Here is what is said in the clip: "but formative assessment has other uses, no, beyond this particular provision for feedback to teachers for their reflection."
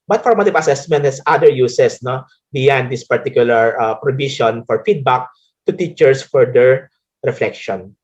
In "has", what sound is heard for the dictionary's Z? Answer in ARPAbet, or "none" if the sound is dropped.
S